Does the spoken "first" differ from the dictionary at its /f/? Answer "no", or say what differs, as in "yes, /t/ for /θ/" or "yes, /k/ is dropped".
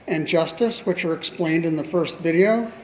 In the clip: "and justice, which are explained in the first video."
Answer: no